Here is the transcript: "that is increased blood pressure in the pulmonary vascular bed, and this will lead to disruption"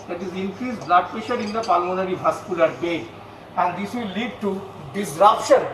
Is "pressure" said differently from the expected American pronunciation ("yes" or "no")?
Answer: yes